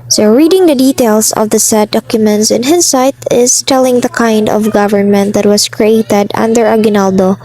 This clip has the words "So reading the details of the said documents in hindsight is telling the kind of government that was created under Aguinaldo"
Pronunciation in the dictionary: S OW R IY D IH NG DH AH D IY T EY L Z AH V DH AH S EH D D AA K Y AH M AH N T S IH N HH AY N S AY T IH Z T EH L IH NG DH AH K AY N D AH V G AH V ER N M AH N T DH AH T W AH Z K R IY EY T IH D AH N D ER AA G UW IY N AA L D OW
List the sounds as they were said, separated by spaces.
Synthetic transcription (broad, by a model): S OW R IY D IH NG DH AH D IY T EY L S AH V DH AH S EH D D AA K Y AH M AH N T S IH N HH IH S AY T IH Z T EH L IH NG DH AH K AY N D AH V G AH V ER N M AH N T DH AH T W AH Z K R IY EY T IH D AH N D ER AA G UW N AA L D OW